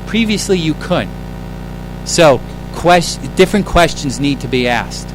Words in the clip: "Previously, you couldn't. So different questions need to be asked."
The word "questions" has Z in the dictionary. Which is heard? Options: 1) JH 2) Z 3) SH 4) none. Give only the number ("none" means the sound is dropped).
2